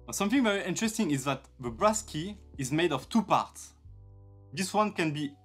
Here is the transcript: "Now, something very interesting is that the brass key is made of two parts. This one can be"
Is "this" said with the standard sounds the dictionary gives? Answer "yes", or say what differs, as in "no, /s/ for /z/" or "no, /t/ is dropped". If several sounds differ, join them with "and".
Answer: yes